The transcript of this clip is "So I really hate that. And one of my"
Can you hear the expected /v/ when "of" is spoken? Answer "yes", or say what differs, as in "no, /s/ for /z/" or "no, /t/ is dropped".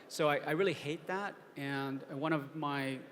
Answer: yes